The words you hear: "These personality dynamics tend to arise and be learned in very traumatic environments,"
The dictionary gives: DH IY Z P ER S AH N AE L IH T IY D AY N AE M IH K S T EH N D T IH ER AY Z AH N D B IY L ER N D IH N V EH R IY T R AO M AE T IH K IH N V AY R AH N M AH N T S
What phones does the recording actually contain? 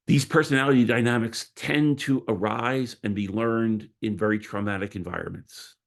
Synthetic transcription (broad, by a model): DH IY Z P ER S AH N AE L IH T IY D AY N AE M IH K S T EH N T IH ER AY Z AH N B IY L ER N D IH N V EH R IY T R AO M AE T IH K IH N V AY R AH N M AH N T S